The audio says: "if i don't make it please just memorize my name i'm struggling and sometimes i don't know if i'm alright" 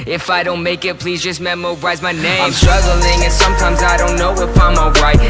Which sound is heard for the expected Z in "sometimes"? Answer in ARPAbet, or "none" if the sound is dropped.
Z